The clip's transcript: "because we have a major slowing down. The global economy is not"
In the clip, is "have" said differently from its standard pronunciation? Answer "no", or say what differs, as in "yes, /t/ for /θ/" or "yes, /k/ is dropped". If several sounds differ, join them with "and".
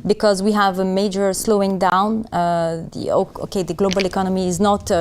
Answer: no